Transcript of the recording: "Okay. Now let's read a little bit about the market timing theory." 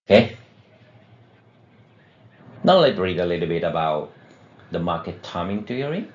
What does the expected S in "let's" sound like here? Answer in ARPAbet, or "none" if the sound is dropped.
none